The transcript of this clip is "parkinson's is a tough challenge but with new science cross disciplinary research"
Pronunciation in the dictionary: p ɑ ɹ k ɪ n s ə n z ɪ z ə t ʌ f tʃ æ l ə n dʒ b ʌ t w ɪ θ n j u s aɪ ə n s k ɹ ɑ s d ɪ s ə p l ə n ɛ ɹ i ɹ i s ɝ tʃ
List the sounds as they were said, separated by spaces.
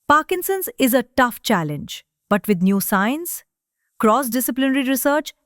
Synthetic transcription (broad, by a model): p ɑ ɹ k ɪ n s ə n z ɪ z ə t ʌ f tʃ æ l ə n dʒ b ʌ t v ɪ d n j u s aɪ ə n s k ɹ ɑ s d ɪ s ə p l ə n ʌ ɹ i ɹ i s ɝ tʃ